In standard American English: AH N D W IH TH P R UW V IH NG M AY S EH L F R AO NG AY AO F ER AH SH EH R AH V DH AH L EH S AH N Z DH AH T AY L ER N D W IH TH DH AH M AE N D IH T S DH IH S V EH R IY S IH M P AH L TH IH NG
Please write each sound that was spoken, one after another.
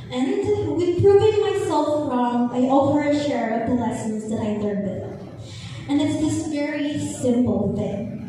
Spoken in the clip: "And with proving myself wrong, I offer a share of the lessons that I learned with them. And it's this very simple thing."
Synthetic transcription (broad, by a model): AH N W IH P R UW V IH NG M AY S EH L F R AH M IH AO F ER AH SH EH R AH V DH AH L EH S AH N Z DH AH T AY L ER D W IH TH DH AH N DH IH T S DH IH S V EH R IY S IH M P L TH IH NG